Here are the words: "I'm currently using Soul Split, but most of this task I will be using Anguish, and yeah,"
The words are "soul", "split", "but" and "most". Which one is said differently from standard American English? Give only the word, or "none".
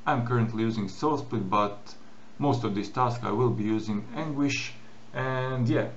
split